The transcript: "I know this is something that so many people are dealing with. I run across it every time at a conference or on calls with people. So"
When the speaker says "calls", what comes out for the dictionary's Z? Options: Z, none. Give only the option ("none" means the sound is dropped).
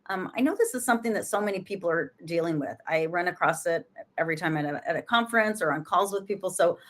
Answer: Z